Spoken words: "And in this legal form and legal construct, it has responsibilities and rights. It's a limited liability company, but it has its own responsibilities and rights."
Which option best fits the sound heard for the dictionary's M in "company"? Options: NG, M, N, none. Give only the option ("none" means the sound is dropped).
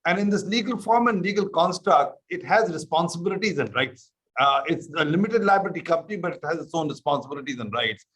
none